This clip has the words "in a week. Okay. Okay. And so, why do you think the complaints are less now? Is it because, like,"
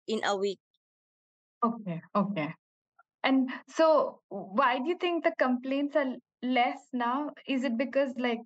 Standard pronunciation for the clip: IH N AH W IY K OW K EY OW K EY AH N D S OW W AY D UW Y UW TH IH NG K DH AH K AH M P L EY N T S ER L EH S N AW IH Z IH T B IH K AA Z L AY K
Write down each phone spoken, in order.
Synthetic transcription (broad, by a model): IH N AH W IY K OW K EY OW K EY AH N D S OW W AY D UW Y UW T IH NG K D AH K AH M P L EY N T S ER L EH S N AW IH Z IH T B IH K AA Z L AY K